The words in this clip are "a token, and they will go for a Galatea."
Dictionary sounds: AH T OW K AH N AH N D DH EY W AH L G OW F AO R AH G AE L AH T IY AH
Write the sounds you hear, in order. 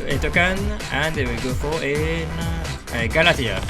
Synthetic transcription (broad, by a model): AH T OW K AH N AH N D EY W AH L G OW F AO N AH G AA L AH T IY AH